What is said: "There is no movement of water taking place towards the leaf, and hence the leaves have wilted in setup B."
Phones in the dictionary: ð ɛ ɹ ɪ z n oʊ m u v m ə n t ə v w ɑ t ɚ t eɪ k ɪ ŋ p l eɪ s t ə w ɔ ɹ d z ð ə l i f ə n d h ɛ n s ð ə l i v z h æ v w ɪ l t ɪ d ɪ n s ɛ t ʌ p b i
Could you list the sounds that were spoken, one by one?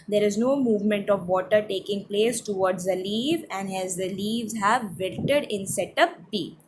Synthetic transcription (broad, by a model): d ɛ ɹ ɪ z n oʊ m u v m ə n t ə v ɑ t ɚ t eɪ k ɪ ŋ p l eɪ s t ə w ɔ ɹ d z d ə l i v ə n d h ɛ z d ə l i v z h æ v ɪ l t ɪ d ɪ n s ɛ t ʌ p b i